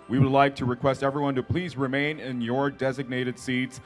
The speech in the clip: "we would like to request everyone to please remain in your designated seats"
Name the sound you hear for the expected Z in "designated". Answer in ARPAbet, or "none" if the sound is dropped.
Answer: Z